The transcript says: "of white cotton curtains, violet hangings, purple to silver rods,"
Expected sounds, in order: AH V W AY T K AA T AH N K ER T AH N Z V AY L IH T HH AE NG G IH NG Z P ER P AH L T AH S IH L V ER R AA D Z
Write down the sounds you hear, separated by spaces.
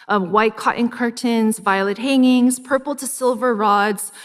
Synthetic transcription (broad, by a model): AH V W AY T K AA T N K ER T AH N Z V AY L IH T HH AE NG IH NG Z P ER P L T AH S IH L V ER R AA D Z